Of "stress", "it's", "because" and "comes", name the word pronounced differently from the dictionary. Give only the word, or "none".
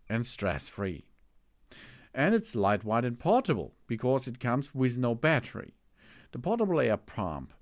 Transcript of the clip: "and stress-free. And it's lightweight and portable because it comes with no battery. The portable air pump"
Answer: none